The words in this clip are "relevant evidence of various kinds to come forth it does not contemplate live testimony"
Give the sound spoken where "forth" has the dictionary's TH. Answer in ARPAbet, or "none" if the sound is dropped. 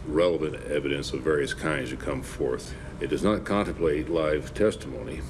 TH